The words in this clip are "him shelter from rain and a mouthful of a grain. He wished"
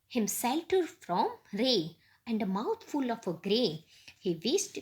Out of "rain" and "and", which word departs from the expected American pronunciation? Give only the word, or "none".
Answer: rain